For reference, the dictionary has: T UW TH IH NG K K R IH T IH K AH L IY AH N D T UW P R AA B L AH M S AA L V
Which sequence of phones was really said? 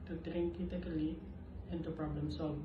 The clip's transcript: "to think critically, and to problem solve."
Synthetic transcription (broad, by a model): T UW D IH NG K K IH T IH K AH L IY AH N T UW P R AA B L AH M S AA L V